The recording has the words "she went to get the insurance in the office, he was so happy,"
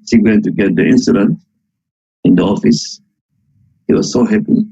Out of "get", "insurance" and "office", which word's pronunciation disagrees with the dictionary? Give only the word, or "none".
insurance